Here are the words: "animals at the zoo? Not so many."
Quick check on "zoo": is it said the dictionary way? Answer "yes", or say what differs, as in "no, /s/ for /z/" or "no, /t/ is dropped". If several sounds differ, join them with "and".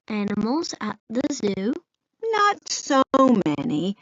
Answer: yes